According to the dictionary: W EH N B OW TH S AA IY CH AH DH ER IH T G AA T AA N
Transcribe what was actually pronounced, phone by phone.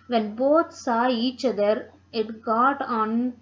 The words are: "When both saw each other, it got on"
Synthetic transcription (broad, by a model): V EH N B OW T S AA IY CH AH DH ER IH T G AA T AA N